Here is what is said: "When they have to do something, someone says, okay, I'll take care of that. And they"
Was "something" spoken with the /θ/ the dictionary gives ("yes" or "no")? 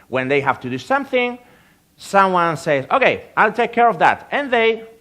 yes